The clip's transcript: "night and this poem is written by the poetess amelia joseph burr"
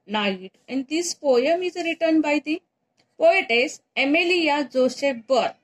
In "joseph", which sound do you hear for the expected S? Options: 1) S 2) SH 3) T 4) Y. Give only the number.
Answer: 2